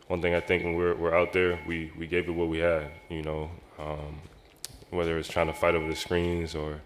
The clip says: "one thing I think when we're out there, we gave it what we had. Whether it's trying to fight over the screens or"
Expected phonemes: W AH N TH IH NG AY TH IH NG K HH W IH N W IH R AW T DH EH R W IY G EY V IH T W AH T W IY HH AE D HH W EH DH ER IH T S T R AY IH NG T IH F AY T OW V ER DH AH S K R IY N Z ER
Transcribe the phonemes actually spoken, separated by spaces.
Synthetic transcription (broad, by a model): W AH N TH IH NG AY TH IH NG K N W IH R W IH R AW T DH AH R W IY G EY V IH T W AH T W IY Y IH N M W EH DH ER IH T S T R AY IH NG T IH F AY T OW V ER DH AH S K R IY N Z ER